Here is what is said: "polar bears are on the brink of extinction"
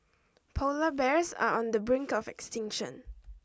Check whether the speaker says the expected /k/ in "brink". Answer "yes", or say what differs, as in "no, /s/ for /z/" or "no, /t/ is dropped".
yes